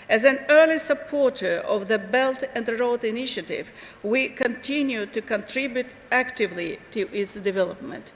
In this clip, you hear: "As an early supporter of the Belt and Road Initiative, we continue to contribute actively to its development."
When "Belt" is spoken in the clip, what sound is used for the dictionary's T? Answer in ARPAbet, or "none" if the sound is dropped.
T